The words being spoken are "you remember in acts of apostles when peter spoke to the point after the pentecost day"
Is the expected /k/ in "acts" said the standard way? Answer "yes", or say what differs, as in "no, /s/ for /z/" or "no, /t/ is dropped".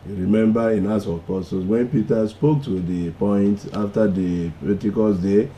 no, /k/ is dropped